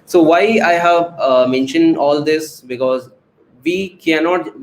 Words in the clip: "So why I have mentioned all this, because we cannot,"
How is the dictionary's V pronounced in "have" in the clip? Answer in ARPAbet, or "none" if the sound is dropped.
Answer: V